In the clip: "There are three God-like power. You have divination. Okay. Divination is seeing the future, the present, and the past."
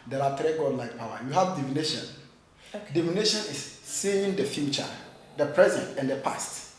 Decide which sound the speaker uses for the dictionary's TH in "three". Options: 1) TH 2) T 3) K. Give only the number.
2